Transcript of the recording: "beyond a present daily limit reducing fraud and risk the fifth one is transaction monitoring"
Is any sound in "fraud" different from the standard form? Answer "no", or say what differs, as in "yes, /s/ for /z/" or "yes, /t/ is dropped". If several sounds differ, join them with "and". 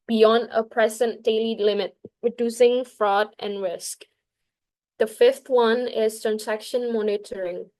no